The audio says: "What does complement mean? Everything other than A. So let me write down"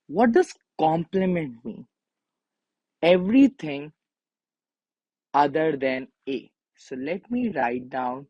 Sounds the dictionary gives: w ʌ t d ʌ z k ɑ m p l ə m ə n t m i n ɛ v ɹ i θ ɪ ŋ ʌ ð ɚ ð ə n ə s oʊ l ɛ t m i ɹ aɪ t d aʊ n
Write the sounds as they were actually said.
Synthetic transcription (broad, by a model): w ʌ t d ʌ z k ɑ m p l ə m ə n t m i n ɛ v ɹ i t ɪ ŋ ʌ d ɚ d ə n ə s oʊ l ɛ t m i ɹ aɪ t d aʊ n